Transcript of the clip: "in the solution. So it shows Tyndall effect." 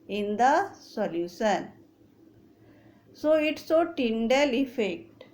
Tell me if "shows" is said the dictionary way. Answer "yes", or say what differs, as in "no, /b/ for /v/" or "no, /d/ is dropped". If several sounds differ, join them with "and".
no, /s/ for /ʃ/ and /z/ is dropped